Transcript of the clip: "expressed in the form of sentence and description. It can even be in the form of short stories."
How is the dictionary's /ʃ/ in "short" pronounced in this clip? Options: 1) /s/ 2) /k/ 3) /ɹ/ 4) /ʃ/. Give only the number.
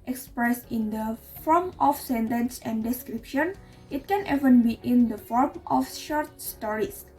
4